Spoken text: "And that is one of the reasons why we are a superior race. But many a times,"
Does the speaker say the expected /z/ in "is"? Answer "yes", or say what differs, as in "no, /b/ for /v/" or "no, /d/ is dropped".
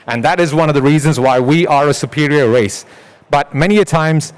yes